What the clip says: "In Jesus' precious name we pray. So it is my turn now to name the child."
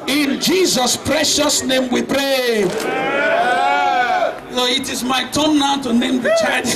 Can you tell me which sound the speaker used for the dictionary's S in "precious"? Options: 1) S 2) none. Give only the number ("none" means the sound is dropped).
1